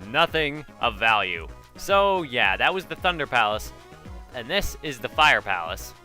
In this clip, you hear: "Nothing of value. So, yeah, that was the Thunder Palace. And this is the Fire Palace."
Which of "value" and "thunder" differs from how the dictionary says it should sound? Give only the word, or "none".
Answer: none